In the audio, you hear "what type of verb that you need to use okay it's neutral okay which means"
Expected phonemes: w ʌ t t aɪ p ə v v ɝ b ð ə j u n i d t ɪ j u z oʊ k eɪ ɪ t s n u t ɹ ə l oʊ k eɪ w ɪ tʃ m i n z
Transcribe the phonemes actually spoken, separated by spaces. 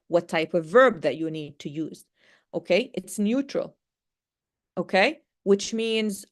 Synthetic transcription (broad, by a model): w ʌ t t aɪ p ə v v ɝ b ð ə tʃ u n i d t ɪ j u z oʊ k eɪ ɪ t s n u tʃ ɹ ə l oʊ k eɪ w ɪ tʃ m i n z